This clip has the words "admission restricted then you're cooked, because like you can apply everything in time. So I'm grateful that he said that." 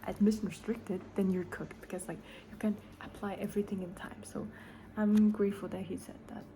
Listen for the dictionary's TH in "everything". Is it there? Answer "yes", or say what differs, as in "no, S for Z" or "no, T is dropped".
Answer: yes